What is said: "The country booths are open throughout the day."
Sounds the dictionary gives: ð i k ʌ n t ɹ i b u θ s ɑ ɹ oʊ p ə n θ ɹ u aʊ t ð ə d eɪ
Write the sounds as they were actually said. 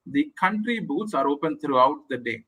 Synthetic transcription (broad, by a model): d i k ʌ n t ɹ i b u t s ɑ ɹ oʊ p ə n t ɹ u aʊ t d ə d eɪ